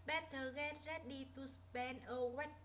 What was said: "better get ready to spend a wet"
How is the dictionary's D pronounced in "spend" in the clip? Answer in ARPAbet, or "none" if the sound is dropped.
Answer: none